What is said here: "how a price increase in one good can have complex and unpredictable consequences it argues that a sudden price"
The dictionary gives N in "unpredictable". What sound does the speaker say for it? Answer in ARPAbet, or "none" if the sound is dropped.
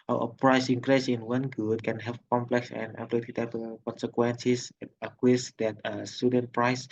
none